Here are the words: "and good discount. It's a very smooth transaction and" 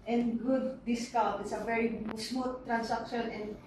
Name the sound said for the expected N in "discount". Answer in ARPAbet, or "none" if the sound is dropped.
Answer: none